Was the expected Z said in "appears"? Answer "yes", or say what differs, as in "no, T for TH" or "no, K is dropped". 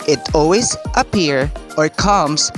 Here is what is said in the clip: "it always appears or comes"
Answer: no, Z is dropped